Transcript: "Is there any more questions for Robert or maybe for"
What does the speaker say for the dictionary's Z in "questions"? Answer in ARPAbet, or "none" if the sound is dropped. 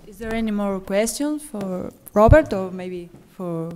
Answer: none